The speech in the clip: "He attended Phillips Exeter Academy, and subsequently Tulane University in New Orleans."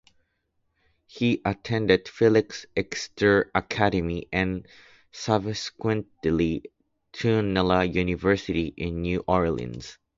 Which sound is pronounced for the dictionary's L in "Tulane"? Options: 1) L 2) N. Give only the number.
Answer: 2